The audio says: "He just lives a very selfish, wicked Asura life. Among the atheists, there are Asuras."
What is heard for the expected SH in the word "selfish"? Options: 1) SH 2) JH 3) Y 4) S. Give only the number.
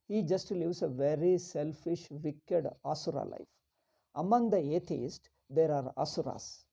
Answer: 1